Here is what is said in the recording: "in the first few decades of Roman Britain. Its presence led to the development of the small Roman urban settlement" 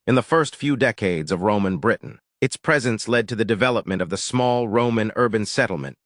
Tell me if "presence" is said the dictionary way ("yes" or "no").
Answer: yes